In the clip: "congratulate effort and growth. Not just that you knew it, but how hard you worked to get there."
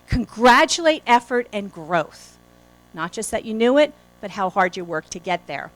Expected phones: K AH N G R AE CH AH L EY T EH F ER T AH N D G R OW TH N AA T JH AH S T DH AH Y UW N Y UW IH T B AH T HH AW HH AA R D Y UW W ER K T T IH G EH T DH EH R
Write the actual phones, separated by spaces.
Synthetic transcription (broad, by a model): K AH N G R AE CH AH L EY T EH F ER T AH N G R OW TH N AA T JH AH S T DH AH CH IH N Y UW IH T B AH T HH AW HH AA R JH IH W ER K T T IH G EH T DH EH R